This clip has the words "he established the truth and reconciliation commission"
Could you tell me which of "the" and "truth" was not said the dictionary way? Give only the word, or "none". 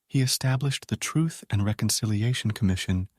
none